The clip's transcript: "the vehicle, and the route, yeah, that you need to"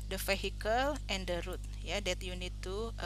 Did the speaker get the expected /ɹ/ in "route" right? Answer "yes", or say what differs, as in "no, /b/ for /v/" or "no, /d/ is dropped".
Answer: yes